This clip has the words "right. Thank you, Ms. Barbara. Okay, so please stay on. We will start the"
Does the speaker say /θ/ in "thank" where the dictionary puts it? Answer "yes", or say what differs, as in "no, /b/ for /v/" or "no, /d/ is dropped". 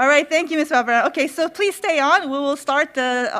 yes